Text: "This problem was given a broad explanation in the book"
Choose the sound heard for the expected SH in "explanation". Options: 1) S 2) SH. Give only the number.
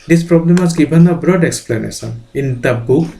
1